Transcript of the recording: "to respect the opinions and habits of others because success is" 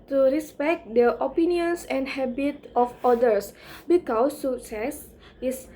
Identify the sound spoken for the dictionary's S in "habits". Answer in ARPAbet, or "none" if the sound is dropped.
none